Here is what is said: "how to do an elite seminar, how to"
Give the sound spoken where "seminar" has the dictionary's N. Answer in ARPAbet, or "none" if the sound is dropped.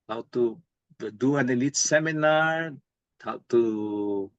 N